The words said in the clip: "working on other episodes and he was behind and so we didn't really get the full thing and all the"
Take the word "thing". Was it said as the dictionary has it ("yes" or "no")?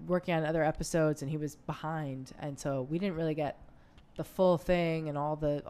yes